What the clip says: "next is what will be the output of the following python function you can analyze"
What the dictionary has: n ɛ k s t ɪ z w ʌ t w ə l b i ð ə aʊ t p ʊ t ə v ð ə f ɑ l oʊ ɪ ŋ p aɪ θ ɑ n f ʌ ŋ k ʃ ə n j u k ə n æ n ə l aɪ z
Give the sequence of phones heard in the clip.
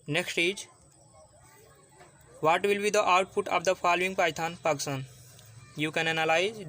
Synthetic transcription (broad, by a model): n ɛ k s t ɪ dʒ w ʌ t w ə l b i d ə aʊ t p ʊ t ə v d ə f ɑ l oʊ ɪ ŋ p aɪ t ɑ n p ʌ k s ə n j u k ə n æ n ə l aɪ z